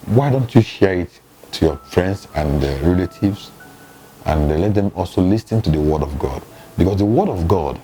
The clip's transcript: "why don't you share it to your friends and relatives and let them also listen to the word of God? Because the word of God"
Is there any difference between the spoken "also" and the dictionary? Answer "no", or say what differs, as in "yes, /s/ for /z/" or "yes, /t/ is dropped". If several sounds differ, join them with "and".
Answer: no